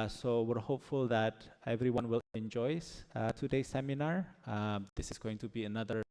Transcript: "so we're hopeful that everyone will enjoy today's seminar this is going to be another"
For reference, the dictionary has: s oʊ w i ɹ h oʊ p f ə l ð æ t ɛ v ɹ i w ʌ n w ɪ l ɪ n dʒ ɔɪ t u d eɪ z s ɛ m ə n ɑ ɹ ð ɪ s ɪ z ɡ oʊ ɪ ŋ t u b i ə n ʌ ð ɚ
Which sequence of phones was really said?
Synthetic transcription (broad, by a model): s oʊ w i ɹ h oʊ p f ə l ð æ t ɛ v ɹ i w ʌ n w ɪ l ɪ n dʒ ɔɪ t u d eɪ s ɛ m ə n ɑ ɹ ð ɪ s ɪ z ɡ oʊ ɪ ŋ t u b i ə n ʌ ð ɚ